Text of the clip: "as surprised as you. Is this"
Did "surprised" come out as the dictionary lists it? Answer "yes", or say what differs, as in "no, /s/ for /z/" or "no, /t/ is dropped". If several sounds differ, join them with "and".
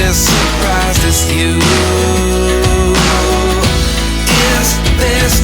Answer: no, /d/ is dropped